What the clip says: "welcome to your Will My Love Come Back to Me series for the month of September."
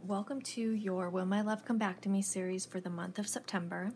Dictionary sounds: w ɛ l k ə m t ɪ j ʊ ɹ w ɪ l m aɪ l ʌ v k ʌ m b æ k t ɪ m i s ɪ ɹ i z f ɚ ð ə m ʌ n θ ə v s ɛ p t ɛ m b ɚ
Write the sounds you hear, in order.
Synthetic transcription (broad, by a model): w ɛ l k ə m t ɪ j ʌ ɹ w ɪ l m aɪ l ʌ v k ʌ m b æ k t ɪ m i s ɪ ɹ i z f ɚ ð ə m ʌ n θ ə v s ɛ p t ɛ m b ɚ